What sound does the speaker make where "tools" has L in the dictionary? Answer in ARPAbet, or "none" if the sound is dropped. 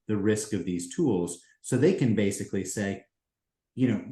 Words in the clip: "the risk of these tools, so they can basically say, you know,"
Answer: L